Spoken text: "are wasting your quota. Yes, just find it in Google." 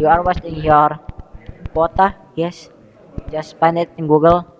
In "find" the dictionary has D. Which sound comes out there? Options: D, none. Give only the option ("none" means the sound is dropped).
none